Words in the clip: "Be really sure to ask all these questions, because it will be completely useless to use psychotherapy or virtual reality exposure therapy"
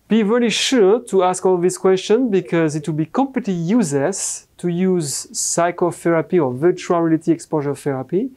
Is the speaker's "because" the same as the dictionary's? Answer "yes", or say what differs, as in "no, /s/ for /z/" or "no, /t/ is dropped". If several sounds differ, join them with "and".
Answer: yes